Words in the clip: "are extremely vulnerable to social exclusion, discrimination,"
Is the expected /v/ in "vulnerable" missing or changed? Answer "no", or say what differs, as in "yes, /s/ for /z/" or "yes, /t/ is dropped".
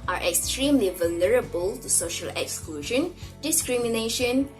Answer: no